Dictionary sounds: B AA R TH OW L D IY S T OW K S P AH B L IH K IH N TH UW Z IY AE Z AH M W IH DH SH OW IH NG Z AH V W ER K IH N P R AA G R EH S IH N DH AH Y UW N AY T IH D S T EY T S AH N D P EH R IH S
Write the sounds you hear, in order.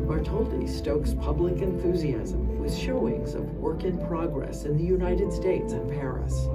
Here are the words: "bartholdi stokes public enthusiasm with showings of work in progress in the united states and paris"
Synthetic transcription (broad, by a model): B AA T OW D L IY S T OW K S P AH B L IH K IH N TH UW Z IY AE Z AH M W IH DH SH OW IH NG Z AH V W ER K IH N P R AA G R EH S IH N DH AH Y UW N AY T IH D S T EY T S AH N P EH R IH S